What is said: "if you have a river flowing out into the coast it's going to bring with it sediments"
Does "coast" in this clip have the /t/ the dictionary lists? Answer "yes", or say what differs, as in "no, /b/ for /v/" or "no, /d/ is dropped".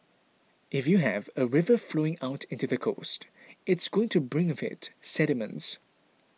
yes